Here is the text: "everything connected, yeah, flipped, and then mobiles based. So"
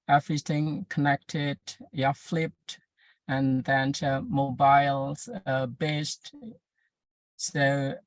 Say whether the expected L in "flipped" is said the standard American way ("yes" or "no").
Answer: yes